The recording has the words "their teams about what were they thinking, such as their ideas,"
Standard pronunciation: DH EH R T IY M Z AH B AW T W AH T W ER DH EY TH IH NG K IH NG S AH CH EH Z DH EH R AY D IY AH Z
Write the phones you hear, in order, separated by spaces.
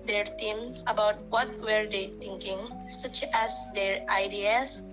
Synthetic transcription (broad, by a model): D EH R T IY M AH B AW T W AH T W ER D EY T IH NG K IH NG S AH CH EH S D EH R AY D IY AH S